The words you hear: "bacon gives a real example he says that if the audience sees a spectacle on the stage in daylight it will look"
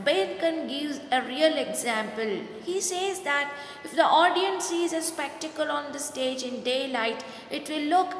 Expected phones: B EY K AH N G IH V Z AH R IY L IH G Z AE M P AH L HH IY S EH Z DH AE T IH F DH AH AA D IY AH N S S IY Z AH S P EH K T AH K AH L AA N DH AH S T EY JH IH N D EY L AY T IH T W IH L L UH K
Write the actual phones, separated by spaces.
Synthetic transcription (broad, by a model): B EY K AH N G IH V Z AH R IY L IH G Z AE M P AH L HH IY S EH Z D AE T IH F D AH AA D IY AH N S S IY Z AH S P EH K T AH K AH L AA N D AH S T EY JH IH N D EY L AY T IH T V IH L L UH K